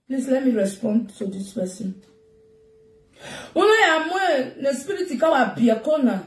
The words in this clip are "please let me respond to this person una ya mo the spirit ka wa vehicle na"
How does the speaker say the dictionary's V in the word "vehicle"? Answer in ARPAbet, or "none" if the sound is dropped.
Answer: B